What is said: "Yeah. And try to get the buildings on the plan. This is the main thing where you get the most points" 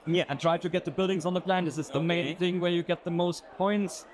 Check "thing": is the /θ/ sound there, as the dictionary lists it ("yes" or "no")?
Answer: yes